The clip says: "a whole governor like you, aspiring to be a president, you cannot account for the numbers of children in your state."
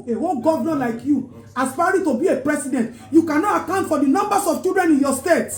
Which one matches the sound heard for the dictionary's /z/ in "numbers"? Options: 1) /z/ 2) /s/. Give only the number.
2